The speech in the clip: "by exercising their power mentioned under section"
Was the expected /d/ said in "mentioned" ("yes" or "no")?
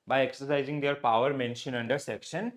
no